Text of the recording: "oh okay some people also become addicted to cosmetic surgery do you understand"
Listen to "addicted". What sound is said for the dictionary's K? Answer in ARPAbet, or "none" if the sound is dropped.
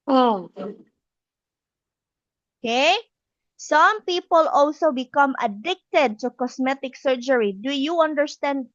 K